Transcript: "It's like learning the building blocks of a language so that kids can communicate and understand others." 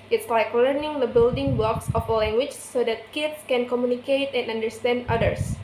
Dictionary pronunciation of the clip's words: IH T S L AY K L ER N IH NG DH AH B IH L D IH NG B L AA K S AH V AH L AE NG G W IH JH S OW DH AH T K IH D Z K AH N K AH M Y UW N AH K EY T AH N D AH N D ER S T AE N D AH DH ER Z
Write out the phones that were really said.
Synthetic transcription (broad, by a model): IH T S L AY K L ER N IH NG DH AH B IH L D IH NG B L AA K S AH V AH L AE NG G W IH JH S OW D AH T K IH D S K AH N K AH M Y UW N AH K EY T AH N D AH N D ER S T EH N D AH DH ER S